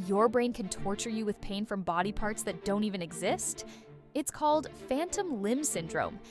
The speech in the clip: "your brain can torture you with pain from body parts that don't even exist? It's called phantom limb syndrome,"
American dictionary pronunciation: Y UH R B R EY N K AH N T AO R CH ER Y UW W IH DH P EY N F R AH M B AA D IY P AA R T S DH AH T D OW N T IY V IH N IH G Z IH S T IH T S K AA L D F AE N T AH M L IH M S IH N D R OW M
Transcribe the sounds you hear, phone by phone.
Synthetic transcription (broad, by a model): Y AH R B R EY N K AH N T AO R CH ER Y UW W IH DH P EY N F R AH M B AA D IY P AA R T S DH AH T D OW N T IY V IH N IH G Z IH S T IH T S K AA L D F AE N T AH M L IH M S IH N D R OW M